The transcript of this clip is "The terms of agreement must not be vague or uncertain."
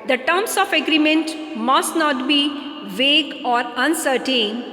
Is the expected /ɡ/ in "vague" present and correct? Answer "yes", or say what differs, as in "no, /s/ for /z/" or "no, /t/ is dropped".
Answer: yes